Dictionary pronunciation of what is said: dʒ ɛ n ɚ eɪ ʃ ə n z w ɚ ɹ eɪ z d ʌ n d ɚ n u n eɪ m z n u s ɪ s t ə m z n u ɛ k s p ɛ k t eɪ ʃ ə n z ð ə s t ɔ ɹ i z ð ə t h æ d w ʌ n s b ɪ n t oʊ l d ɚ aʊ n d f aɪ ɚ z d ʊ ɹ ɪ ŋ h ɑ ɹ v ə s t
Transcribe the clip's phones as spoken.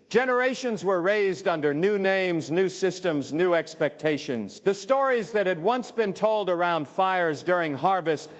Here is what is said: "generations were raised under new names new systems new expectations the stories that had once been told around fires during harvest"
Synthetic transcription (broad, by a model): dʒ ɛ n ɚ eɪ ʃ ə n z w ɚ ɹ eɪ z d ʌ n d ɚ n u n eɪ m z n u s ɪ s t ə m z n u ɛ k s p ɛ k t eɪ ʃ ə n z ð ə s t ɔ ɹ i z ð ə t h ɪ d w ʌ n s b ɪ n t oʊ l d ɚ aʊ n d f aɪ ɚ z d ʊ ɹ ɪ ŋ h ɑ ɹ v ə s t